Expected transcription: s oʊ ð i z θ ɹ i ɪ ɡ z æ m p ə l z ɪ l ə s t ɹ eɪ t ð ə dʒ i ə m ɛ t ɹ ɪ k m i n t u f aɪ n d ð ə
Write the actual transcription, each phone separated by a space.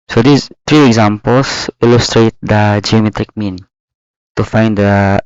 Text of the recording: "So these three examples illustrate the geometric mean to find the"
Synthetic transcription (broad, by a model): s oʊ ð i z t ɹ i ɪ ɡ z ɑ m p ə l s ɪ l ə s t ɹ eɪ t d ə dʒ i ə m ɛ t ɹ ɪ k m i n t u f aɪ n d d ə